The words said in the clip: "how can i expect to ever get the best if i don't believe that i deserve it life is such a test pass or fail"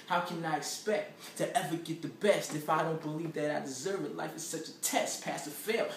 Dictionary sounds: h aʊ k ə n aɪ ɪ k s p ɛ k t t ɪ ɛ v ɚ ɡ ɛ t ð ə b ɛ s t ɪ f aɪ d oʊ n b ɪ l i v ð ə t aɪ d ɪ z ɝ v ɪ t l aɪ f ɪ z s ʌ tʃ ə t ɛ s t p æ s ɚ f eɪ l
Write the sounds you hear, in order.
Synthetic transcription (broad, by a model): h aʊ k ə n aɪ ɪ k s p ɛ k t t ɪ ɛ v ɚ ɡ ɛ t ð ə b ɛ s t ɪ f aɪ d oʊ n b ɪ l i v ð ə t aɪ d ɪ z ɝ v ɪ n l aɪ f ɪ z s ʌ tʃ ə t ɛ s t p æ s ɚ f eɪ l